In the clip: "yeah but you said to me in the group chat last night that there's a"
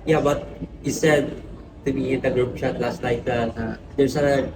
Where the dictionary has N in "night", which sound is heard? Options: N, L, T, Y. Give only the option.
L